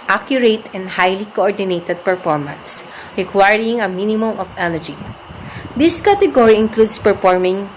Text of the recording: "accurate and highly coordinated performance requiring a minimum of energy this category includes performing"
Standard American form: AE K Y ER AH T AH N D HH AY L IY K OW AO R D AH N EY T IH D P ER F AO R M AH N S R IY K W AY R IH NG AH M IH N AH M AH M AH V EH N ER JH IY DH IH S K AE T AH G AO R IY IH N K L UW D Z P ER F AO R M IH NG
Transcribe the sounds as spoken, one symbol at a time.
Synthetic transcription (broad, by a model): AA K Y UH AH T AH N D HH AY L IY K OW AO R D AH N EY T IH D P ER F AO R M AH N S R IY K W AY R IH NG AH M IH N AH M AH M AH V EH N ER JH IY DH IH S K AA T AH G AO R IY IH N K L UW D S P ER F AO R M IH NG